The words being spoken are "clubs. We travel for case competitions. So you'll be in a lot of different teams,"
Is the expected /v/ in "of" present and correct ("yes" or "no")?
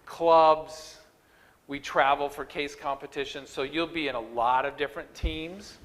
yes